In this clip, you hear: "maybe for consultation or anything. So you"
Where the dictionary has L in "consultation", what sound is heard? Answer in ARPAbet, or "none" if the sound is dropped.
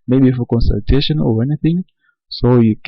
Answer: L